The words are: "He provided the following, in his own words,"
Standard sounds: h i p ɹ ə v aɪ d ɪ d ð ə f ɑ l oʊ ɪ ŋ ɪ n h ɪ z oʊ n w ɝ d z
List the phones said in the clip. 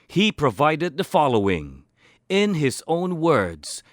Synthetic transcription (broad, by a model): h i p ɹ ə v aɪ d ɪ d ð ə f ɑ l oʊ ɪ ŋ ɪ n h ɪ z oʊ n w ɝ d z